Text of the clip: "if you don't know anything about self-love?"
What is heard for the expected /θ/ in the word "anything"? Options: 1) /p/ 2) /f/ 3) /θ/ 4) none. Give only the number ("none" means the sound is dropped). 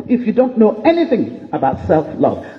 3